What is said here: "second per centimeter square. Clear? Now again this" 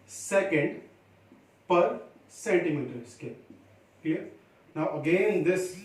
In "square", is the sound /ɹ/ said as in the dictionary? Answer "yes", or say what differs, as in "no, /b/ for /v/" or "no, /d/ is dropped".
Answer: no, /l/ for /ɹ/